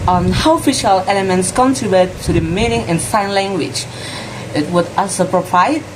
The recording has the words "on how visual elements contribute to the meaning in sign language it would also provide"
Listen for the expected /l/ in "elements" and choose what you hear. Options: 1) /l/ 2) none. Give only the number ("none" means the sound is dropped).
2